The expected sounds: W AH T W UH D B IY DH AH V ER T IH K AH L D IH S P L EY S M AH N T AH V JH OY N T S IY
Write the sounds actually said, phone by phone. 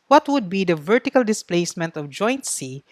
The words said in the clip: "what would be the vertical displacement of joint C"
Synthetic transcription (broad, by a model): W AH T W UH D B IY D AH V ER T IH K AH L D IH S P L EY S M AH N T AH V JH OY N T S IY